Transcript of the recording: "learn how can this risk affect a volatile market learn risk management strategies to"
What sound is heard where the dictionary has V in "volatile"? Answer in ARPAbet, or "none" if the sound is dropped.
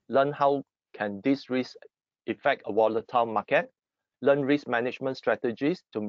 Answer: W